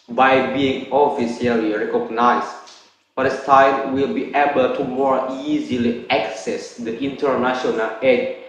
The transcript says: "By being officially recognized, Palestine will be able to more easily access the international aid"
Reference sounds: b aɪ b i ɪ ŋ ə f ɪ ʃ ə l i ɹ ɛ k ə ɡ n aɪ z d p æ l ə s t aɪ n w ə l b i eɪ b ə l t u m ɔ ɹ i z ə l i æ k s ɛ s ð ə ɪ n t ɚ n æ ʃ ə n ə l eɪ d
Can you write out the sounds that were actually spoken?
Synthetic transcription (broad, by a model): b aɪ b i ɪ ŋ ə f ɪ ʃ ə l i ɹ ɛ k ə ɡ n aɪ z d f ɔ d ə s t aɪ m w ə l b i eɪ b ə l t u m ɔ ɹ i z ə l i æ k s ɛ s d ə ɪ n t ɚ n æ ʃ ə n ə l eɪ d